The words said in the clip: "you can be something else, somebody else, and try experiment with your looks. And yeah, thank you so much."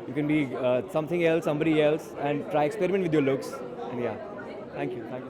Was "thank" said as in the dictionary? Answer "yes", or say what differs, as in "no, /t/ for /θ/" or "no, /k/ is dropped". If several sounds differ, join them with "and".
no, /t/ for /θ/